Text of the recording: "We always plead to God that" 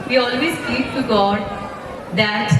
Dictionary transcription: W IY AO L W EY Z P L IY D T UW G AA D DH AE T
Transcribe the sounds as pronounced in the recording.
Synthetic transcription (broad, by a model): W IY AO L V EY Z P IY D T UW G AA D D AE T